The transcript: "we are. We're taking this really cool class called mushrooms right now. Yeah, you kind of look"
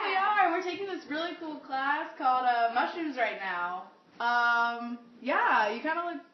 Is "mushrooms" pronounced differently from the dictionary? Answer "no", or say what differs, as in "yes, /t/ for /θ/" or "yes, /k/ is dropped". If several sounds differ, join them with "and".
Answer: yes, /ɹ/ is dropped